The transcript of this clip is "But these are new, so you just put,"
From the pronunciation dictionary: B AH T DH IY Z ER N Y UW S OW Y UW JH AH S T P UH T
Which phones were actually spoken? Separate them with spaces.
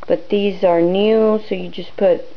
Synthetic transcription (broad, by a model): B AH T DH IY Z ER N Y UW S OW Y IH JH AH S P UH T